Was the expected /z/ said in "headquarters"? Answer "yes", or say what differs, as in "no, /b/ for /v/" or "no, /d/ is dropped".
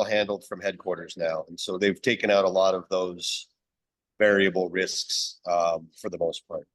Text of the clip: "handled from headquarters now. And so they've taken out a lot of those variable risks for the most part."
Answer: yes